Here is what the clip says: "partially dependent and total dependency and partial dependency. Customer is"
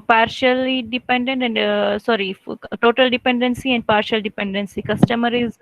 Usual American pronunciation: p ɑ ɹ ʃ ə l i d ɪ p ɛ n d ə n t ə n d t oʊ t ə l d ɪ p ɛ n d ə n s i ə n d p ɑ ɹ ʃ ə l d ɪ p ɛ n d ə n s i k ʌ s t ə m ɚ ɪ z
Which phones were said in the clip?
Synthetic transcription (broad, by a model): p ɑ ɹ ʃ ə l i d ɪ p ɛ n d ə n t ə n d t oʊ t ə l d ɪ p ɛ n d ə n s i ə n d p ɑ ɹ ʃ ə l d ɪ p ɛ n d ə n s i k ʌ s t ə m ɚ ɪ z